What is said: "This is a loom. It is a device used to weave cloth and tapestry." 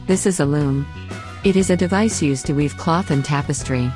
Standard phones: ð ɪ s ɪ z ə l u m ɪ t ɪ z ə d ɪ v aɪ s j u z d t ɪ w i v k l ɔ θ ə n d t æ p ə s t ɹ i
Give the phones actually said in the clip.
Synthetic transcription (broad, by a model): ð ɪ s ɪ z ə l u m ɪ t ɪ z ə d ɪ v aɪ s j u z t ɪ w i v k l ɔ θ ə n t æ p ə s t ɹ i